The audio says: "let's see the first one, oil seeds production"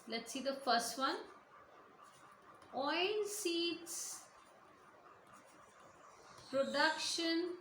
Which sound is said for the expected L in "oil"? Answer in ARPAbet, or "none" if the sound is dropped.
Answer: N